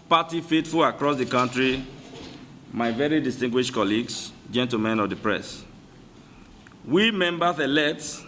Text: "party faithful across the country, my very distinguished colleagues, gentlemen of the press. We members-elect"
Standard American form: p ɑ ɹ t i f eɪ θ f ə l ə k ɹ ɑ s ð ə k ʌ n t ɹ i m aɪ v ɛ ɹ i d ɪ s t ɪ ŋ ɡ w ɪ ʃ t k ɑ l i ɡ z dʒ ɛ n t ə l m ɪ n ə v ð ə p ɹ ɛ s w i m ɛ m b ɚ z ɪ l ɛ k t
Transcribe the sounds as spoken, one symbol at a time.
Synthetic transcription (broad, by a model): p ɑ t i f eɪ t f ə l ə k ɹ ɑ s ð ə k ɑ n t ɹ i m aɪ v ɛ ɹ i d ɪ s t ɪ ŋ ɡ w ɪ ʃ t k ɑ l i ɡ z dʒ ɛ n t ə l m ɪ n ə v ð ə p ɹ ɛ s w i m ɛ m b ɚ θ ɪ l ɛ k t